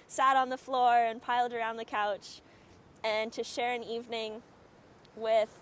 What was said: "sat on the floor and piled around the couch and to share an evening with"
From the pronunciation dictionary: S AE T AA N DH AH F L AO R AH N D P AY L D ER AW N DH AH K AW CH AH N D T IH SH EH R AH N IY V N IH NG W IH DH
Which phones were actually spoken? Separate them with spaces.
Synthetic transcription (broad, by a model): S AE T N DH AH F L AO R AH N P AY L D ER AW N DH AH K AW CH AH N T IH SH EH R AH N IY V N IH NG W IH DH